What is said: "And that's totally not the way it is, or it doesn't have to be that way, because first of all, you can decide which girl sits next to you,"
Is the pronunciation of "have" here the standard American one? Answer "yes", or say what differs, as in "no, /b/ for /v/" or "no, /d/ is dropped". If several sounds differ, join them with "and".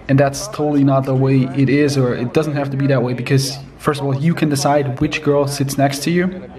no, /f/ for /v/